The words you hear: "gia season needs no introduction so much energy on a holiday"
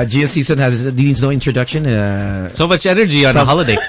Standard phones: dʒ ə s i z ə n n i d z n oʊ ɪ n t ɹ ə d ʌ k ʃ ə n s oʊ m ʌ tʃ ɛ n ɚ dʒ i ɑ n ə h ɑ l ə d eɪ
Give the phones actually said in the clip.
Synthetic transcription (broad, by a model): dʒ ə s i s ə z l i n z n oʊ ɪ n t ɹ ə d ʌ k ʃ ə n s oʊ m ʌ tʃ ɛ n ɚ dʒ i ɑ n ə h ɑ l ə d eɪ